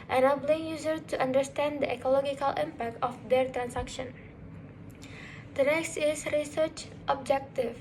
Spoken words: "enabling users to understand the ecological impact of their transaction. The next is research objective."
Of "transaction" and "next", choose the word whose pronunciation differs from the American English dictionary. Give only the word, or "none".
transaction